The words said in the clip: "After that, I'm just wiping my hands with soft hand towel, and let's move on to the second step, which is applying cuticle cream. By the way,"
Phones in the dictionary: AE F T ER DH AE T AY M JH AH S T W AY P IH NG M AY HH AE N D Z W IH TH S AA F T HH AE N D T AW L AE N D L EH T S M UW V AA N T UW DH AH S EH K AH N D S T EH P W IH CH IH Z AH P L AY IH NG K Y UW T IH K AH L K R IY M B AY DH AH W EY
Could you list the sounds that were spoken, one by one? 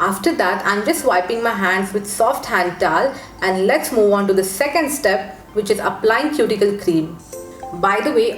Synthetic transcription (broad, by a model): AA F T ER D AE T AY M JH AH S T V AY P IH NG M AY HH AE N D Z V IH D S AA F T HH AE N D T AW L AE N D L EH T S M UW V AA N T UW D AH S EH K AH N D S T EH P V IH CH IH Z AH P L AY IH NG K Y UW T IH K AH L K R IY M B AY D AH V EY